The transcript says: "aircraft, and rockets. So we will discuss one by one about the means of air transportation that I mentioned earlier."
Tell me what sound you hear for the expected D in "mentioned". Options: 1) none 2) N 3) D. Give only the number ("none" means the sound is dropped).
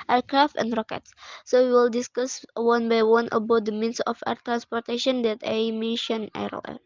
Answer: 1